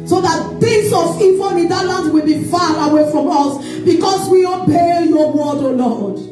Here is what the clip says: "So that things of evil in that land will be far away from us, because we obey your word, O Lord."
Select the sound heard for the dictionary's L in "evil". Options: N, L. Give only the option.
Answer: N